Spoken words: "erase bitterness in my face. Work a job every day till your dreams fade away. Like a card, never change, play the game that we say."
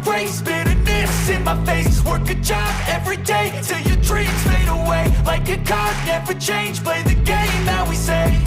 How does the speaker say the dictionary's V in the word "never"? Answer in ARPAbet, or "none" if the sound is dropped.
V